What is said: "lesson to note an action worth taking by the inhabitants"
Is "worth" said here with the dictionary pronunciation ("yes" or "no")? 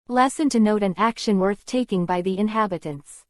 yes